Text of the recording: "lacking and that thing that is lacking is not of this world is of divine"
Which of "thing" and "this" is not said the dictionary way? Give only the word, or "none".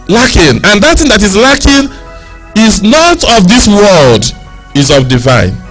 none